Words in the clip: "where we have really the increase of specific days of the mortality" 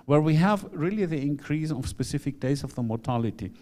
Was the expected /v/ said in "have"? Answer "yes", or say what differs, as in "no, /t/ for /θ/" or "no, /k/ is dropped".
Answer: yes